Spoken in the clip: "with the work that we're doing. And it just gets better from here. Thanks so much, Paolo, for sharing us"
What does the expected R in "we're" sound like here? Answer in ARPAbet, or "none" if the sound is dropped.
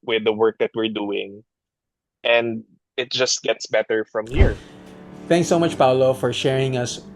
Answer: R